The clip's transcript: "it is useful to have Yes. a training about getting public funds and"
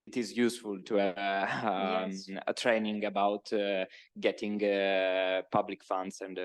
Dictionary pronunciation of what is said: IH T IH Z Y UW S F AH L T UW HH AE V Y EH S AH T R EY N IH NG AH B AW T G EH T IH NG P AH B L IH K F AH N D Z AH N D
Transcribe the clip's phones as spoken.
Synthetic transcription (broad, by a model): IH T IH Z Y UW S F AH L T UW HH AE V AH AH T R EY N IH NG AH B AW T G EH T IH NG P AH B L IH K F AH N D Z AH N D